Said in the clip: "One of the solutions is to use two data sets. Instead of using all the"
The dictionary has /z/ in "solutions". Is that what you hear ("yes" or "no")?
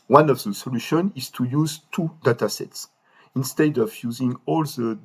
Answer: no